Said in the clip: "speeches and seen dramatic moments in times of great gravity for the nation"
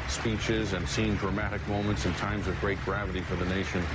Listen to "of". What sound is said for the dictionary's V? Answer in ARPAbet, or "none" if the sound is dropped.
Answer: V